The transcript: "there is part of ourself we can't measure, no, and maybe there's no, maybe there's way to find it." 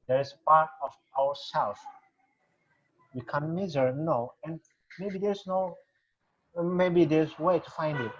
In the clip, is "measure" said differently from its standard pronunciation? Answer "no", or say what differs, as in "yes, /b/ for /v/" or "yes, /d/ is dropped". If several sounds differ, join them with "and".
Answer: yes, /z/ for /ʒ/